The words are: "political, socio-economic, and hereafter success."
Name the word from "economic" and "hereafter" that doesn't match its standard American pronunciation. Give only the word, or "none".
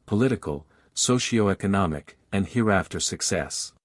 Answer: none